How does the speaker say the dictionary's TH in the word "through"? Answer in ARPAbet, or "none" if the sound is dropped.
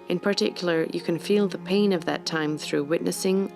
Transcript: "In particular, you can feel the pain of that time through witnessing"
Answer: TH